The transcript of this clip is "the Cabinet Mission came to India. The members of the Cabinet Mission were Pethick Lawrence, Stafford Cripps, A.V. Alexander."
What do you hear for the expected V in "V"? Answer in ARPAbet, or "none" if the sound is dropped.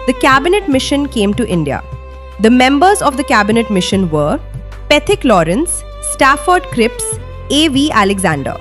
V